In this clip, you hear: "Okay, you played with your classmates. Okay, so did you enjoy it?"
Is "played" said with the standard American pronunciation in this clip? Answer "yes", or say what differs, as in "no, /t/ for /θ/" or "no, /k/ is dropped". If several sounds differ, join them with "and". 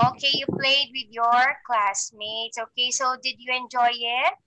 yes